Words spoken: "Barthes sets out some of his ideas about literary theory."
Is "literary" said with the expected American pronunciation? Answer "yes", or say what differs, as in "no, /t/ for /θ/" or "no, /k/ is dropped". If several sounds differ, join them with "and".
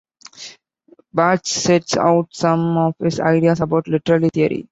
no, /l/ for /ɹ/